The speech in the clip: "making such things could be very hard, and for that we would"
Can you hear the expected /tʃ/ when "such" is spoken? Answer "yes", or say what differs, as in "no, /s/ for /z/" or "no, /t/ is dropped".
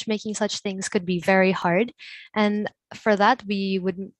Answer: yes